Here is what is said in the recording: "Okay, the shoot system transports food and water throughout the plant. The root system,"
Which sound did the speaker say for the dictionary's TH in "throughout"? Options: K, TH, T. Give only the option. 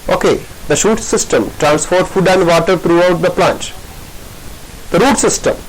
T